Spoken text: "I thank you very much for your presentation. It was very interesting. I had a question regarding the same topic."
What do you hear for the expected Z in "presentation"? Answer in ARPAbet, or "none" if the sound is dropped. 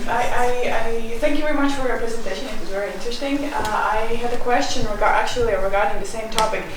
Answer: Z